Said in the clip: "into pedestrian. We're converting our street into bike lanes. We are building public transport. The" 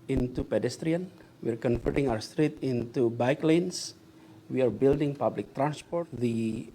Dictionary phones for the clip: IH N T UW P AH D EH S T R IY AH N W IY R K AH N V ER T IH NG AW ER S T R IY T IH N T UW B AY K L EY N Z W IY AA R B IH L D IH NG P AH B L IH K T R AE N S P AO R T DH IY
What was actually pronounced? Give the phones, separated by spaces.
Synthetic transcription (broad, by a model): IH N T UW P AH D EH S T R IY AH N W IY R K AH N F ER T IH NG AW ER S T R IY T IH N T UW B AY K L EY N S W IY AA R B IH L D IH NG P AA B L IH K T R AE N S P AO R T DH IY